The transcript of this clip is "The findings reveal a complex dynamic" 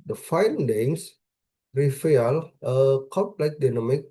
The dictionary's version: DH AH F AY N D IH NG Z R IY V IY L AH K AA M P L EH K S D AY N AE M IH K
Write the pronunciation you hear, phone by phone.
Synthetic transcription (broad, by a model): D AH F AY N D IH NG S R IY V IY L AH K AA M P L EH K D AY N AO M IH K